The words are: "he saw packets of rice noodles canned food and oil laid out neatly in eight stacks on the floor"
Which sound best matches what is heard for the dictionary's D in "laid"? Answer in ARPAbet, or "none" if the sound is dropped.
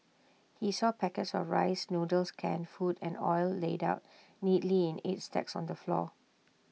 D